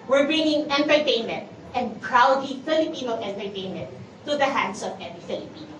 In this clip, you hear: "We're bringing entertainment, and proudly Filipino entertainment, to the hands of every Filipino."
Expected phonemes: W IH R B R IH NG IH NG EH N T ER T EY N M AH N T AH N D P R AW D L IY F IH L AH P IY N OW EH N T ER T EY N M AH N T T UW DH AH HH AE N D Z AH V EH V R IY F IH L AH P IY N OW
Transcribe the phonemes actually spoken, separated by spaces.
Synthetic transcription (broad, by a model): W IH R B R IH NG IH NG EH N T ER T EY N M AH N T AH N D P R AW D IY F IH L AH P IY N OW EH N T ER T EY N M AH N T T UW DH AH HH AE N D S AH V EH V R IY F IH L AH P IY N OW